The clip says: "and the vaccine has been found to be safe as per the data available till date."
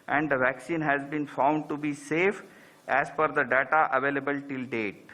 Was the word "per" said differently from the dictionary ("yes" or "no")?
yes